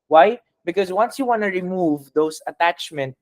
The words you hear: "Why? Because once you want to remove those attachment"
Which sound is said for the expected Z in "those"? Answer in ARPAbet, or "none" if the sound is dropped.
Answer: S